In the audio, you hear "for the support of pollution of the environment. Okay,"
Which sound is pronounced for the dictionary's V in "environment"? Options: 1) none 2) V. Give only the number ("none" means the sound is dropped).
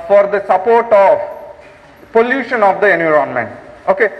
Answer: 1